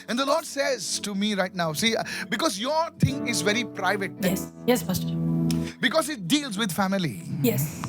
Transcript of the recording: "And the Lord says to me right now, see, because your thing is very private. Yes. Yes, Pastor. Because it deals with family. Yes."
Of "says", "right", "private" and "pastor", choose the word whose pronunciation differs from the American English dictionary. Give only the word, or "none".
pastor